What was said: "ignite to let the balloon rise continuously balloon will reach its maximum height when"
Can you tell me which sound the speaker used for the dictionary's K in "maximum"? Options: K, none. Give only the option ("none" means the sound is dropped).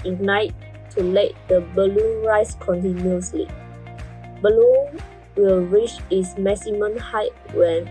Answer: none